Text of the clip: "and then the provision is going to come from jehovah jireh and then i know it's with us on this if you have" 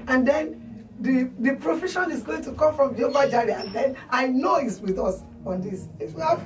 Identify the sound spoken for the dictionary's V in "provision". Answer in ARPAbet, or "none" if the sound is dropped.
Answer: F